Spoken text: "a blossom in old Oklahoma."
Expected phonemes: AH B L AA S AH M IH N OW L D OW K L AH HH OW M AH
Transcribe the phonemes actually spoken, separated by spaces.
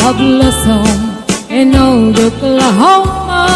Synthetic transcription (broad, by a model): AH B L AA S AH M IH N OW D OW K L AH HH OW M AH